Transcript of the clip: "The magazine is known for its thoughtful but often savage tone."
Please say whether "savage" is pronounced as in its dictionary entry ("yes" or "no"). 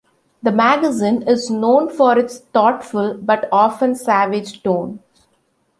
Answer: yes